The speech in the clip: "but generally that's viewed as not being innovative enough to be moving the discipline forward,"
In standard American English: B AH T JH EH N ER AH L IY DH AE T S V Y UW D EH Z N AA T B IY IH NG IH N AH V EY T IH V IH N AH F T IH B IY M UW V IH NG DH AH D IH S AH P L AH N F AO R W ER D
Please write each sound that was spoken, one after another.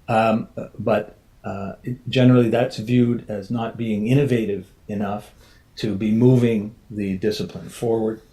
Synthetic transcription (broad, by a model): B AH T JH EH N ER L IY DH AE T S V Y UW D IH Z N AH T B IY IH NG IH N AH V EY T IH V IH N AH F T IH B IY M UW V IH NG DH AH D IH S AH P L AH N F AO R W ER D